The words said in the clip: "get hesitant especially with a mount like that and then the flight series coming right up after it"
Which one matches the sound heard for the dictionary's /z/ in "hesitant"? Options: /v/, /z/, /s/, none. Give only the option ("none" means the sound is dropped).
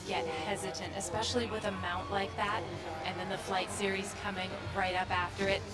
/z/